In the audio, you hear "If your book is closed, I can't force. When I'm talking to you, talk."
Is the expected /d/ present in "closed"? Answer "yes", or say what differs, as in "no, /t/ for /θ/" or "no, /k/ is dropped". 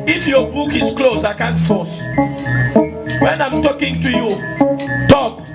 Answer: no, /d/ is dropped